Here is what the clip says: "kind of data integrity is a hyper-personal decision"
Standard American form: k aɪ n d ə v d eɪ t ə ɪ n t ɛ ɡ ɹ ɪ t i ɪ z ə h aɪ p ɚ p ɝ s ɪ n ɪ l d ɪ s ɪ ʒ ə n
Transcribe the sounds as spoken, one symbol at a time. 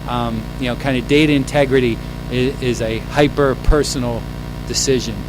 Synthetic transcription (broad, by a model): k aɪ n d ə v d eɪ t ə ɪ n t ɛ ɡ ɹ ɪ t i ɪ z ə h aɪ p ɚ p ɝ s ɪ n l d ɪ s ɪ ʒ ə n